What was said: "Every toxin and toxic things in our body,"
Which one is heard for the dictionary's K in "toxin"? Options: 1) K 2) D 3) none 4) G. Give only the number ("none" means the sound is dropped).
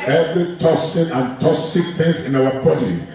3